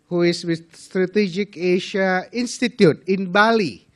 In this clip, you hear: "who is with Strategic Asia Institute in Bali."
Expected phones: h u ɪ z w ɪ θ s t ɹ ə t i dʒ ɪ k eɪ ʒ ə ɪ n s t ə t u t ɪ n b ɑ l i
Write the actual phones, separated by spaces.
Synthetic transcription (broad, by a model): h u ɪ s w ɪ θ s t ɹ ə t i dʒ ɪ k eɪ ʃ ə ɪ n s t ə t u t ɪ n b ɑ l i